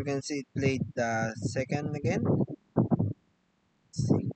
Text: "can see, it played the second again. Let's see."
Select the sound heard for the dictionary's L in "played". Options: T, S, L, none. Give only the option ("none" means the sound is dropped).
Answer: L